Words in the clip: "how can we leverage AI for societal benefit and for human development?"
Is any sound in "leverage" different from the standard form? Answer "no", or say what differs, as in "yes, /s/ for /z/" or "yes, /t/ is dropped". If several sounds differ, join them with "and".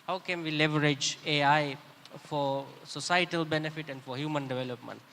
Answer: no